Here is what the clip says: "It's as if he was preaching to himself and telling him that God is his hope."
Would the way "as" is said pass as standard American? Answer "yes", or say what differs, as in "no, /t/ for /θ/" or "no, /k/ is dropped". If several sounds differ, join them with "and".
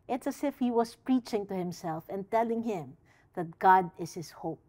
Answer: no, /s/ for /z/